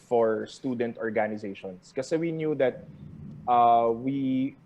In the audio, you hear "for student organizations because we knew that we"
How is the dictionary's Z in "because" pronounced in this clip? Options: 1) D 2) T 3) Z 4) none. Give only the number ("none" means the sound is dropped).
4